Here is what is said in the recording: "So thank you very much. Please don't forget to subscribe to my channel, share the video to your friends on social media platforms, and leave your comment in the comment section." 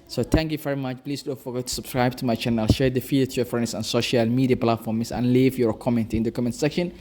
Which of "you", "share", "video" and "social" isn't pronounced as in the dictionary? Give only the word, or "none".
video